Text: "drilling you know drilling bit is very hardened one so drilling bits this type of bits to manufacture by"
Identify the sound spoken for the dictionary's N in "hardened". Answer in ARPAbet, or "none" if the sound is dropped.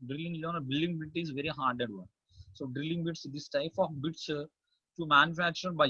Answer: none